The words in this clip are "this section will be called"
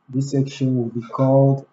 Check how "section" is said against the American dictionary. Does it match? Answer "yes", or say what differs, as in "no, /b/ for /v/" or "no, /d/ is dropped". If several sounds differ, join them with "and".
yes